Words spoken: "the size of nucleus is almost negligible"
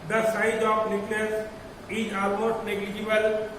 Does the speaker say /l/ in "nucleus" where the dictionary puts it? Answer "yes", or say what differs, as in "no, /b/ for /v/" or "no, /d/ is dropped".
no, /n/ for /l/